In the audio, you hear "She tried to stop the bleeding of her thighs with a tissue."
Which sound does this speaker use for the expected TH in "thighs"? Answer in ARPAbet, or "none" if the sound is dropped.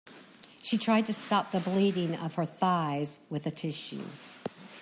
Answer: TH